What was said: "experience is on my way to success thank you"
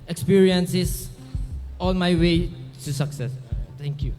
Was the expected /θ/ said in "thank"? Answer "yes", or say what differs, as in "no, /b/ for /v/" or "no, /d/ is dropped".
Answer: no, /t/ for /θ/